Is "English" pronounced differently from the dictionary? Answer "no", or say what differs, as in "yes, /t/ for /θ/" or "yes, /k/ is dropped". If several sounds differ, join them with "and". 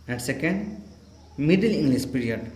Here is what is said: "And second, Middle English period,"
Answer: yes, /s/ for /ʃ/